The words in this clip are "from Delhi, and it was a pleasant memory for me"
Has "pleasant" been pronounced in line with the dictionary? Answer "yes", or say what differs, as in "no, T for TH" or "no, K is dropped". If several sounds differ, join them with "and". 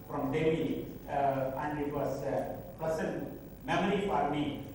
no, L is dropped and S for Z